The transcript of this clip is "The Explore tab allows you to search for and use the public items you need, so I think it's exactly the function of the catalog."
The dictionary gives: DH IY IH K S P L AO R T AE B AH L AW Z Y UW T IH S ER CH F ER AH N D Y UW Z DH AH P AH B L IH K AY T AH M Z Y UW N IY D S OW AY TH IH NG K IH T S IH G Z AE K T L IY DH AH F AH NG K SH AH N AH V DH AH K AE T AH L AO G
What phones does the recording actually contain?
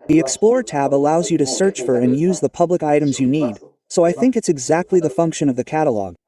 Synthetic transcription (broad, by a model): DH IY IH K S P L AO R T AE B AH L AW Z Y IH T IH S ER CH F ER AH N Y UW Z DH AH P AH B L IH K AY T AH M Z Y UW N IY D S OW AY TH IH NG K IH T S IH G Z AE K T L IY DH AH F AH NG K SH AH N AH V DH AH K AE T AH L AO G